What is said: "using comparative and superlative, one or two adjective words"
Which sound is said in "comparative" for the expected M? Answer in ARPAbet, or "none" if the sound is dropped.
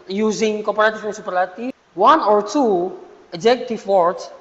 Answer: none